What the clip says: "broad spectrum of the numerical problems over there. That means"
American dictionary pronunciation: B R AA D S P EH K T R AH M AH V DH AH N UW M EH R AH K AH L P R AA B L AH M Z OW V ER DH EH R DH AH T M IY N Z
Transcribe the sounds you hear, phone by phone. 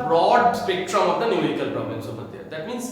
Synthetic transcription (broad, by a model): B R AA D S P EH K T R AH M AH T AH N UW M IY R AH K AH L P R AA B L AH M S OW B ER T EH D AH T M IY N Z